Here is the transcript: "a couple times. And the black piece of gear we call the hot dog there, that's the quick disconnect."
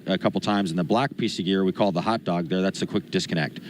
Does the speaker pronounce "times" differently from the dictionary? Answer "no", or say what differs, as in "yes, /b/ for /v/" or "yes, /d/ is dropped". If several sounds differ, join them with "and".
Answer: no